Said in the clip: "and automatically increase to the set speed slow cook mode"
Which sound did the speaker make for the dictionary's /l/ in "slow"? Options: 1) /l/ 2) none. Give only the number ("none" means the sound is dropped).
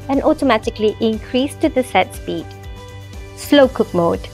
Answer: 1